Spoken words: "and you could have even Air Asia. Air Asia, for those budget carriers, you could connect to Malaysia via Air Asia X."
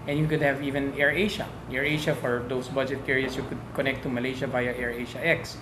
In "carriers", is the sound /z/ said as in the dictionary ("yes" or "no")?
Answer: no